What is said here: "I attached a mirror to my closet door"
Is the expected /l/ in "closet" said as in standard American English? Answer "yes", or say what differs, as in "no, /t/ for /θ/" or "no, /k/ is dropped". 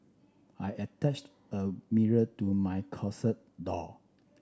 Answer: no, /l/ is dropped